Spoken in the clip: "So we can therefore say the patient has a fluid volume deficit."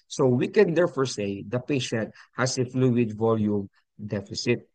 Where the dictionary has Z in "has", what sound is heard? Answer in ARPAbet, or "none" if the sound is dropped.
S